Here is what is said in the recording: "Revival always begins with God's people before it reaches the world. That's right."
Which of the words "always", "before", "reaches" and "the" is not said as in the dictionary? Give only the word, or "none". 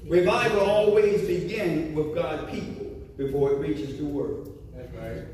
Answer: none